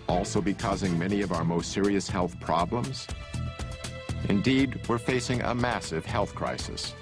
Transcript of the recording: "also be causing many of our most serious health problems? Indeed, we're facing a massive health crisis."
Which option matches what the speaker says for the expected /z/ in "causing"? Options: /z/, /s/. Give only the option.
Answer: /z/